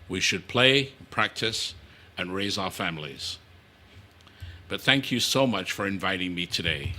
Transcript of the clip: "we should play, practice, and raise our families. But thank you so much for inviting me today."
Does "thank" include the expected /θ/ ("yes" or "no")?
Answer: yes